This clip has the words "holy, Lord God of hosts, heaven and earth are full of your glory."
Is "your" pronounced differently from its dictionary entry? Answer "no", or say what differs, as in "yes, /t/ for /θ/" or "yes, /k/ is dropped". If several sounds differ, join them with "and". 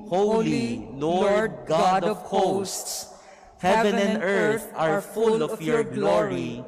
no